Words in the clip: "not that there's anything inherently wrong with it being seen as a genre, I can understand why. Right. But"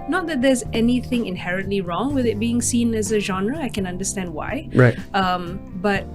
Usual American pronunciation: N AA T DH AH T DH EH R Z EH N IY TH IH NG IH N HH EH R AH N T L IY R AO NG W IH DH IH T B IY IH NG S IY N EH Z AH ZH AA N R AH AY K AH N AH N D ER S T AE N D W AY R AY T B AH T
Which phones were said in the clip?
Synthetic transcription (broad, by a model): N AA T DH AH T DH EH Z EH N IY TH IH NG IH N HH EH R AH N T L IY R AO NG W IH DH IH T B IY IH NG S IY N EH Z AH ZH AA N R AH AY K AH N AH N D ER S T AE N D W AY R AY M B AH T